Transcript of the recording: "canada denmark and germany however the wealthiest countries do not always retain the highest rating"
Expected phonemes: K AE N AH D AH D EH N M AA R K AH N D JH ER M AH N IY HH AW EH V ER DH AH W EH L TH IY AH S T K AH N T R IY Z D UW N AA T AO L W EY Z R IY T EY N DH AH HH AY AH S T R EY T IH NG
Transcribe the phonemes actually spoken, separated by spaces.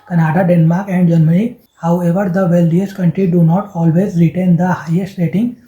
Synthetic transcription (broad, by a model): K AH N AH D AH D EH N M AA R K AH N D JH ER M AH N IY HH AW EH V ER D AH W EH L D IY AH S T K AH N T R IY D UW N AA T AO L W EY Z R IY T EY N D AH HH AY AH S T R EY T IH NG